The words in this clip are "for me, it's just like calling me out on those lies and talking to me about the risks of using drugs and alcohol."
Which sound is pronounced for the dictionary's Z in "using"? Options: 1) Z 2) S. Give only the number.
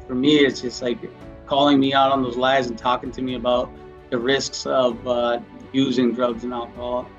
1